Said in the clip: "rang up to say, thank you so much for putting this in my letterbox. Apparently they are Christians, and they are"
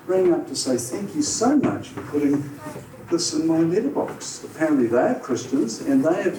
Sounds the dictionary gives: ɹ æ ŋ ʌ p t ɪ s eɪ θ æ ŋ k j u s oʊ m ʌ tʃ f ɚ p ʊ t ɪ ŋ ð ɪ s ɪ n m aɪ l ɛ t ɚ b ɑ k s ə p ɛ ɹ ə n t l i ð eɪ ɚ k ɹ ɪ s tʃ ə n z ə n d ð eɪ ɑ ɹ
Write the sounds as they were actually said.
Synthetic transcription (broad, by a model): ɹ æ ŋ ʌ p t ɪ s eɪ θ æ ŋ k j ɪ s oʊ m ʌ tʃ f ɚ p ʊ t ɪ ŋ ð ɪ s ɪ n m aɪ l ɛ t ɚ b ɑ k s ə p ɛ ɹ ə n t l i ð eɪ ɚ k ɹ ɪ s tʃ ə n z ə n ð eɪ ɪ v